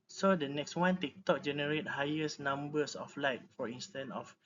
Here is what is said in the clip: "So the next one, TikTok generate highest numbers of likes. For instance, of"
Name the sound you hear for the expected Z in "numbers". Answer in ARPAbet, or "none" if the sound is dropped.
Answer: S